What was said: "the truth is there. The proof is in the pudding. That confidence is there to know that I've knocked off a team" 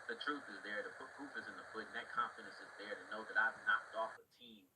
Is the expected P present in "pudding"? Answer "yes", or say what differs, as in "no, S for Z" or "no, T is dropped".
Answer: no, F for P